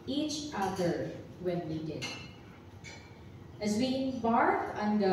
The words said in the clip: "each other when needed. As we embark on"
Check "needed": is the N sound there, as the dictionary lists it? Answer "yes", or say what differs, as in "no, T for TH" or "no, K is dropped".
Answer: no, L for N